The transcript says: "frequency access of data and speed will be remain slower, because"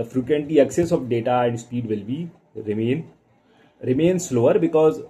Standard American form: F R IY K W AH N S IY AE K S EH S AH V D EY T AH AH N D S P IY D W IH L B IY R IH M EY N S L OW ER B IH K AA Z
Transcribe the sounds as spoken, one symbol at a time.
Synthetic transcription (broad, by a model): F R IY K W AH N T IY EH K S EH S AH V D EY T AH AH N D S P IY D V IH L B IY R IH M EY N S L OW ER B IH K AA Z